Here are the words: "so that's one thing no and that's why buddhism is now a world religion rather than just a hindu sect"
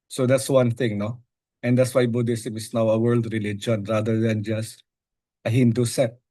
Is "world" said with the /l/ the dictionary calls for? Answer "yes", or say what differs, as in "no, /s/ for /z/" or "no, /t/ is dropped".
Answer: yes